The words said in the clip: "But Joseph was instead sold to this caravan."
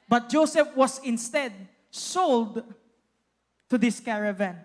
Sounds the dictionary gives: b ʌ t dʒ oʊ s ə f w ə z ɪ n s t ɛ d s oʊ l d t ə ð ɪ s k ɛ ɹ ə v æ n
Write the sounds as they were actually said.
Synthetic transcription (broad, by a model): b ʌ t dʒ oʊ s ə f w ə s ɪ n s t ɛ d s oʊ l d t ə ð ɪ s k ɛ ɹ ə v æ n